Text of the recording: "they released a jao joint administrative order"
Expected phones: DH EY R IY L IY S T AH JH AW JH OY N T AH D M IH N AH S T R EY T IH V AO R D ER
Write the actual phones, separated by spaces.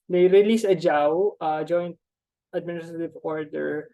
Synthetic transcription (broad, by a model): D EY R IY L IY S AH JH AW JH OY N T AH D M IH N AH S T R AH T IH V AO R D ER